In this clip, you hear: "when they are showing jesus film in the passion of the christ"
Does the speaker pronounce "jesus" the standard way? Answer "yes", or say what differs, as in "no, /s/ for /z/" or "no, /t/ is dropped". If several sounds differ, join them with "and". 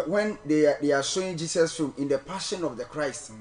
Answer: no, /s/ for /z/